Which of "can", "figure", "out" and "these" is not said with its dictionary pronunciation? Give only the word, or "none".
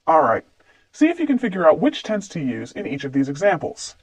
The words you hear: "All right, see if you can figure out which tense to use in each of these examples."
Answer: none